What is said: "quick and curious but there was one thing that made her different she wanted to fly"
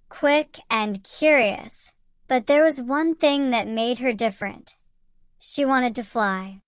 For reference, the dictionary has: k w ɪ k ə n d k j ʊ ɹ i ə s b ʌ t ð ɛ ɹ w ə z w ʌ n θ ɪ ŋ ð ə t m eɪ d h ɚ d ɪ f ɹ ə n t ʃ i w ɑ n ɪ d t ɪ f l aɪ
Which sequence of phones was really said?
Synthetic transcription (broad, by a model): k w ɪ k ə n k j ʊ ɹ i ə s b ʌ t ð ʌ ɹ w ə z w ʌ n θ ɪ ŋ ð ə t m eɪ d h ɚ d ɪ f ɹ ə n t ʃ i w ɑ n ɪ d t ɪ f l aɪ